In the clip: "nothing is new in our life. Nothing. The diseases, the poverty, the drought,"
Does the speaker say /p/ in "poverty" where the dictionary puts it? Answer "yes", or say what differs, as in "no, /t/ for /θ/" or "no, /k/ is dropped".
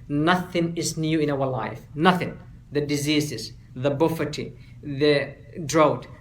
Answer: no, /b/ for /p/